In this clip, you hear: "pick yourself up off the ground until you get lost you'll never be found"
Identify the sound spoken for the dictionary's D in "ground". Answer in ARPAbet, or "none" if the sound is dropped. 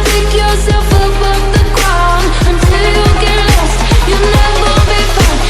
none